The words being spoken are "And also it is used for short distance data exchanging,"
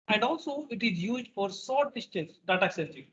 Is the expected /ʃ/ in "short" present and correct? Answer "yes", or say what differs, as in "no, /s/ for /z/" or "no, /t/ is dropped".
no, /s/ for /ʃ/